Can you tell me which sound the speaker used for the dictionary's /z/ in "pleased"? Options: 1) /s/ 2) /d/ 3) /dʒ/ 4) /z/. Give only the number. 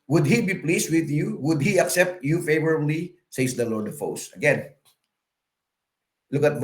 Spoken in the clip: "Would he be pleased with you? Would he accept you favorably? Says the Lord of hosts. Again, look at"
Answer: 1